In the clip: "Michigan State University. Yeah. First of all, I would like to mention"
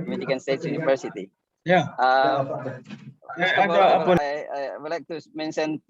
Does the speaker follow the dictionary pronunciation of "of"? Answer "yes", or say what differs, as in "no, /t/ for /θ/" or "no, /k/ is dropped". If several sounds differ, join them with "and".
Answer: no, /p/ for /v/